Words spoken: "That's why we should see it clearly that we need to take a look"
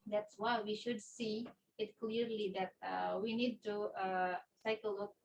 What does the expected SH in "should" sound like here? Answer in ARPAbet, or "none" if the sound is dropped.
SH